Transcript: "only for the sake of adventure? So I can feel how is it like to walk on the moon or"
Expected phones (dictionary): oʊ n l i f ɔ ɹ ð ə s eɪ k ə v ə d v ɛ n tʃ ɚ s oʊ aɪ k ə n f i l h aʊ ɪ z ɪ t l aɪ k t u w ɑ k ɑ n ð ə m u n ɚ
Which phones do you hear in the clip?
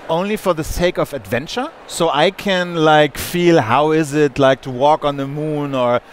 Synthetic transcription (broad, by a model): oʊ n l i f ɔ ɹ ð ə s eɪ k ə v ə d v ɛ n tʃ ɚ s oʊ aɪ k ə n f i l h aʊ ɪ z ɪ t l aɪ k t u w ɑ k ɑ n ð ə m u n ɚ